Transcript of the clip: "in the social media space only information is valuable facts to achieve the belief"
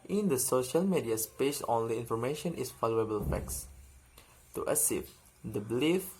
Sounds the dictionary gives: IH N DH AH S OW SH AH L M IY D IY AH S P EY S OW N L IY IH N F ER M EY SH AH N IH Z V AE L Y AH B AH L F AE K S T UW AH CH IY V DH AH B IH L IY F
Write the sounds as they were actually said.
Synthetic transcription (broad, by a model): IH N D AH S OW SH AH L M IY D IY AH S P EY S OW N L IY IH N F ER M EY SH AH N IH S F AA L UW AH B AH L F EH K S T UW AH S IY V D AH B L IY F